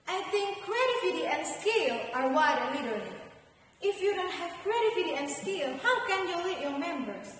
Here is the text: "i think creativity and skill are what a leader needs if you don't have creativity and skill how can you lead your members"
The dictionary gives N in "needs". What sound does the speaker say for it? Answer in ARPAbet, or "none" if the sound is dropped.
L